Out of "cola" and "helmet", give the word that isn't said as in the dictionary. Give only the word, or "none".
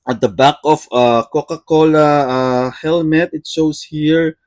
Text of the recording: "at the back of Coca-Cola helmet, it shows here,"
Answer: none